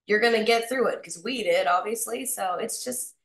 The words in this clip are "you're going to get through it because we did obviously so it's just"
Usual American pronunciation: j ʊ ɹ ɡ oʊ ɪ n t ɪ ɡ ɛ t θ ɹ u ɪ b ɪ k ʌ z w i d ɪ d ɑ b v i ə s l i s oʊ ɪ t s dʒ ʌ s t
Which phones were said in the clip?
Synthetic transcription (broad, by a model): j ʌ ɹ ɡ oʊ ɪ n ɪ ɡ ɛ t θ ɹ u ɪ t k ʌ z w i d ɪ d ɑ b v i ə s l i s oʊ ɪ t s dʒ ʌ s t